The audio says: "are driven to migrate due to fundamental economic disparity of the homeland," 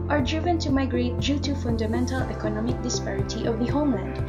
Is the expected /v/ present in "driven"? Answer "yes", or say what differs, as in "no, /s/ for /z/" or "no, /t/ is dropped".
yes